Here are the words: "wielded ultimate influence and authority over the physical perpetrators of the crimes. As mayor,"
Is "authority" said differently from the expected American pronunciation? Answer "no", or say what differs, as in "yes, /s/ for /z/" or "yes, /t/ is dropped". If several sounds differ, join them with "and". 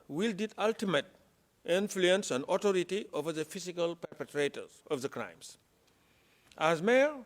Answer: yes, /t/ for /θ/